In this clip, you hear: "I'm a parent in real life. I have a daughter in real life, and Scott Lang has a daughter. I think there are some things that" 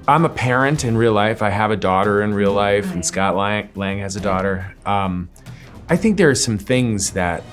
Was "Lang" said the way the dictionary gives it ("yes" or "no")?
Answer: yes